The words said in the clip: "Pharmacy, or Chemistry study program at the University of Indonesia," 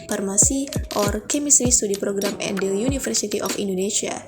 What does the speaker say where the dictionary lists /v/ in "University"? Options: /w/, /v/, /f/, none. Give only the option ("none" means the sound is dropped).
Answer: /f/